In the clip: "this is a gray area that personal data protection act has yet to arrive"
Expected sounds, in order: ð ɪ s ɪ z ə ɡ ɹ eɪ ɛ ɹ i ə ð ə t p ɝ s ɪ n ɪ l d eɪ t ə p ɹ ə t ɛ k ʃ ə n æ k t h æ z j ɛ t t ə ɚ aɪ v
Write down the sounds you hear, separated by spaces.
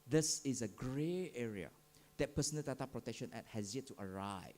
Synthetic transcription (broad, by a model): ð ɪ s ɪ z ə ɡ ɹ eɪ ɛ ɹ i ə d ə t p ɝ s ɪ n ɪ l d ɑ t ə p ɹ ə t ɛ k ʃ ə n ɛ t h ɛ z j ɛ t t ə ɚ aɪ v